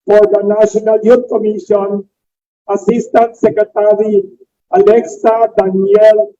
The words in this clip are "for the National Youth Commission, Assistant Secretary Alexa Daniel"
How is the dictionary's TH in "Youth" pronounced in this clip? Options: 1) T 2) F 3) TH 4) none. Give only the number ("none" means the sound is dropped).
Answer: 1